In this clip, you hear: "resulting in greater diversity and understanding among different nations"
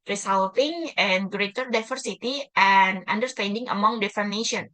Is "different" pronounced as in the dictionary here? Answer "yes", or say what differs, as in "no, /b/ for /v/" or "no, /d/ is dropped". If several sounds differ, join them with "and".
no, /ɹ/ is dropped